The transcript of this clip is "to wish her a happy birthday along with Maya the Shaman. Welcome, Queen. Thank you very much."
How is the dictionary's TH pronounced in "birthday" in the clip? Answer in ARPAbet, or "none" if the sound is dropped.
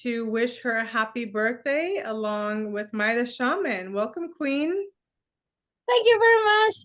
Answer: TH